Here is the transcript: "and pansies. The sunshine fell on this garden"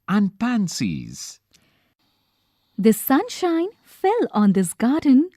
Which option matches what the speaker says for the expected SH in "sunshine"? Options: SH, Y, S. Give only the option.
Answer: SH